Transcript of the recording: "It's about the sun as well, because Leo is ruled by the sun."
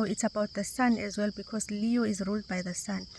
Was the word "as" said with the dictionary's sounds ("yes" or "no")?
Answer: yes